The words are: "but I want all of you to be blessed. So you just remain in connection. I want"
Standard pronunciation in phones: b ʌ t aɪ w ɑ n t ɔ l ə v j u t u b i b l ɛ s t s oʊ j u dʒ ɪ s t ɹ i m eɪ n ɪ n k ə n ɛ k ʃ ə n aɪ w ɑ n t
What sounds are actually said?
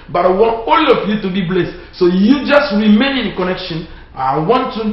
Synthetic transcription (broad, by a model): b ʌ t aɪ w ɑ n t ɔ l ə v j u t u b i b l ɛ s t s oʊ j u dʒ ɪ s t ɹ i m eɪ n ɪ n k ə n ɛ k ʃ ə n aɪ w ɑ n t